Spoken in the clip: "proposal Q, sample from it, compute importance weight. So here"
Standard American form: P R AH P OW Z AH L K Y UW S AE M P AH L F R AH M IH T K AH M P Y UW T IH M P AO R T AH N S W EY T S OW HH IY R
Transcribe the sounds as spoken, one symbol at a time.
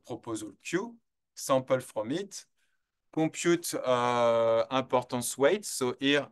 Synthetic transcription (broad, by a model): P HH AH P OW Z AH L K Y UW S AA P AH L F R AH M IH T K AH P Y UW T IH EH P AO R T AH S W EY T S OW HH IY R